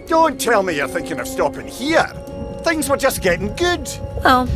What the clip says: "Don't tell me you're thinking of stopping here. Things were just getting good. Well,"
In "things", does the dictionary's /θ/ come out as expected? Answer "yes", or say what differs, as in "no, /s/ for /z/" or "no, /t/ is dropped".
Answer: yes